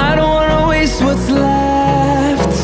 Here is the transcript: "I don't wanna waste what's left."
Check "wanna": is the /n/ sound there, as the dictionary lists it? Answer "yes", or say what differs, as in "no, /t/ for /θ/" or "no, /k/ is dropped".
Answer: no, /n/ is dropped